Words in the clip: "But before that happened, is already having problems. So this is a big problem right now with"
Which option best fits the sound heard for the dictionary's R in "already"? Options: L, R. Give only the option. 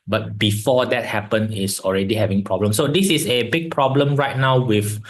R